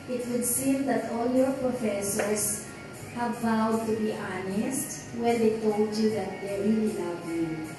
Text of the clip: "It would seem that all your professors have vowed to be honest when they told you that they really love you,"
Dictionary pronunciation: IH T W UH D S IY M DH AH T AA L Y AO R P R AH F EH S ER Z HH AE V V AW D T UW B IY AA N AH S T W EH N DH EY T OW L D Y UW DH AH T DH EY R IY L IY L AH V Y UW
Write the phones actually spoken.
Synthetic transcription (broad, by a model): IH T W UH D S IY M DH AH T AA L Y AO R P R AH F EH S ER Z HH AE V V AW D T UW B IY AA N AH S T W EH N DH EY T OW L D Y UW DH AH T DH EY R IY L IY N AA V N